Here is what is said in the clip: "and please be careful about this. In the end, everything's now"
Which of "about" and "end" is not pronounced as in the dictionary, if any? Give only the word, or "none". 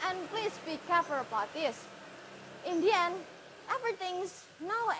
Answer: end